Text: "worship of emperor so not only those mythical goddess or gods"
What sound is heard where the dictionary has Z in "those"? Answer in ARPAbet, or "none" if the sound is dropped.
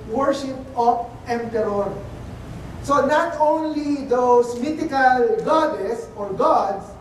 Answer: S